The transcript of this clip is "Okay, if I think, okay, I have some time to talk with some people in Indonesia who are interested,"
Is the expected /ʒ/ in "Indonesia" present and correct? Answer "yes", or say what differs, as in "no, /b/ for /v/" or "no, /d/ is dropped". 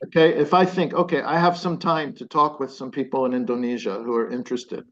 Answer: yes